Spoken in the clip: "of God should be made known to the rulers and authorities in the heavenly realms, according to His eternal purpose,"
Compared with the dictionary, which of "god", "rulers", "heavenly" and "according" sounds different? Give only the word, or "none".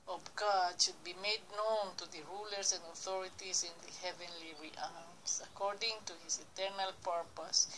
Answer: rulers